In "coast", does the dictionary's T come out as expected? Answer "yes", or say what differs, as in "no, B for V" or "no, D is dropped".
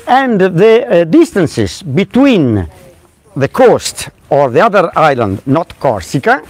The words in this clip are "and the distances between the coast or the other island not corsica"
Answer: yes